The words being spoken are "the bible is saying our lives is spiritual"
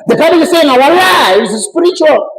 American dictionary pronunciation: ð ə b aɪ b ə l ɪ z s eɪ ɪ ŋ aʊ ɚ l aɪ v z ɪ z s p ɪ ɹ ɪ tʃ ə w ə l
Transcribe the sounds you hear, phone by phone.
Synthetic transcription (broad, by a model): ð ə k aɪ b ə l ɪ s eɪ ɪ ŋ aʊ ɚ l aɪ z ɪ s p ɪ ɹ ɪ tʃ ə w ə l